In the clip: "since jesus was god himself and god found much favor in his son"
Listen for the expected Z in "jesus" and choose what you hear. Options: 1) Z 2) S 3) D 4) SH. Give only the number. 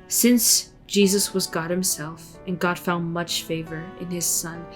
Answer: 1